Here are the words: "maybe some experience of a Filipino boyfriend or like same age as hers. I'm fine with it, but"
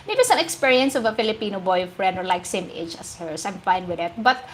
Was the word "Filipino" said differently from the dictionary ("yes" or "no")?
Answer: no